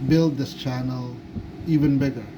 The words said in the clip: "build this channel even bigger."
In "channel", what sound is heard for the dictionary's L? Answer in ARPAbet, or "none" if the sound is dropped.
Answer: L